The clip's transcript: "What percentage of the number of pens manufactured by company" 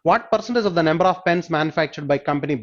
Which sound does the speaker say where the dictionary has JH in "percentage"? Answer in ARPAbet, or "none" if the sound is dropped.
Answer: Z